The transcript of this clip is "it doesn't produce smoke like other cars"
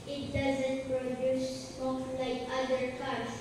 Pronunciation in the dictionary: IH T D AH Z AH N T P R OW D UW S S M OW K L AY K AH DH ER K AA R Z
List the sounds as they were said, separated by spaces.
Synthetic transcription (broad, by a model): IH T D AH Z AH N T P R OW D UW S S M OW L AY K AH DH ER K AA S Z